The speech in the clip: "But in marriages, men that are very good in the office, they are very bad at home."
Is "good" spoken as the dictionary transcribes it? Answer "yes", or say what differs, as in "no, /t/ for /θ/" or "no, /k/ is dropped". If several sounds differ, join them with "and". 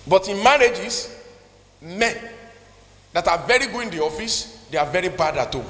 no, /d/ is dropped